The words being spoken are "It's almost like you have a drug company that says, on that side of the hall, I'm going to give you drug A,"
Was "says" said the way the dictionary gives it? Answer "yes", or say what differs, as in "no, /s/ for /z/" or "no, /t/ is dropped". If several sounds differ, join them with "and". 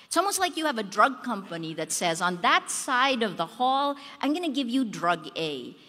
yes